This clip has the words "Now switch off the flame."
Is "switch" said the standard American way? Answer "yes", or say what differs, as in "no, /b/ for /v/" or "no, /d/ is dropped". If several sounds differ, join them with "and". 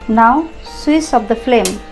no, /s/ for /tʃ/